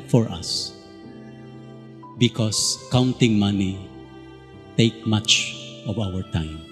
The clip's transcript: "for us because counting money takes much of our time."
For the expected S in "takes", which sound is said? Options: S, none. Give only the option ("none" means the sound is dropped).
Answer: none